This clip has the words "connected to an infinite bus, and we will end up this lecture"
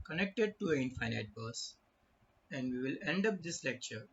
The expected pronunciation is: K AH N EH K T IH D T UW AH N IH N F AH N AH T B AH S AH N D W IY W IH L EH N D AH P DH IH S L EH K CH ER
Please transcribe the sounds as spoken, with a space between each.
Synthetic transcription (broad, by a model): K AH N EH K T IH D T UW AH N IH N AH AH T B AH S AH N D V IY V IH L EH N D AH P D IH S L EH K CH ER